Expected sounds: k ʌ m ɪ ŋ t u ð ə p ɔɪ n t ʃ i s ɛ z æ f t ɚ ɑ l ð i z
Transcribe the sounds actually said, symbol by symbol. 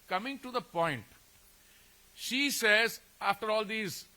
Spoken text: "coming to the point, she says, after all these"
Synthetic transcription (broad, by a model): k ʌ m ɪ ŋ t u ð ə p ɔɪ n t ʃ i s ɛ z æ f t ɚ ɑ l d i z